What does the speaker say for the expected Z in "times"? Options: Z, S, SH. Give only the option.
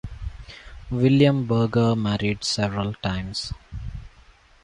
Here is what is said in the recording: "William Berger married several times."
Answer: S